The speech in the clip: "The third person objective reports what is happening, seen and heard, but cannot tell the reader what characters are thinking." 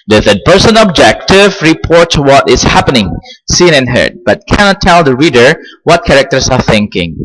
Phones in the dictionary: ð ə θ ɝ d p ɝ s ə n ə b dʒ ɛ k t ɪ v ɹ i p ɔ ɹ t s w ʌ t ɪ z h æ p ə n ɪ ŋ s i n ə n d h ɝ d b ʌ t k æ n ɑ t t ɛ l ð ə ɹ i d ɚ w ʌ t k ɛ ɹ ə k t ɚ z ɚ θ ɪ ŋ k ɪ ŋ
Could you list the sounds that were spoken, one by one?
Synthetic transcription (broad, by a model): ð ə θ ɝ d p ɝ s ə n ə b dʒ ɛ k t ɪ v ɹ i p ɔ ɹ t w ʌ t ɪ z h æ p ə n ɪ ŋ s i n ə n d h ɝ d b ʌ t k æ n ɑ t t ɛ l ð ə ɹ i d ɚ w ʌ t k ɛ ɹ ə k t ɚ s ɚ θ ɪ ŋ k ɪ ŋ